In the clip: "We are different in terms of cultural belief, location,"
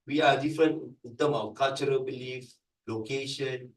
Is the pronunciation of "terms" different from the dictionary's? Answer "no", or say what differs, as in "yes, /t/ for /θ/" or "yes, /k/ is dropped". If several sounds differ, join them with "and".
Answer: yes, /z/ is dropped